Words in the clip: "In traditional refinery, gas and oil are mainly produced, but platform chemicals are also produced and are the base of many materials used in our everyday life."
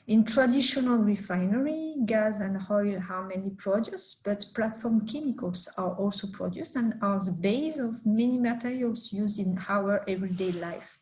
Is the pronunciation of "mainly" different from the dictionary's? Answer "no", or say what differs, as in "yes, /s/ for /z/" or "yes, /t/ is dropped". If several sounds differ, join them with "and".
yes, /l/ is dropped